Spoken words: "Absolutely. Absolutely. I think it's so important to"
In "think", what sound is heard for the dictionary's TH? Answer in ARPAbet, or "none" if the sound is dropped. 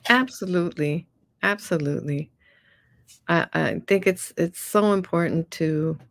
TH